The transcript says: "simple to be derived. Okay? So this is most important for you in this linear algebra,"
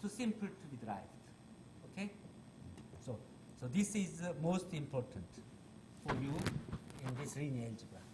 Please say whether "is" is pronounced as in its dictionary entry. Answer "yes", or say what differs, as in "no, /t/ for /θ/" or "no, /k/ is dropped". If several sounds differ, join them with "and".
yes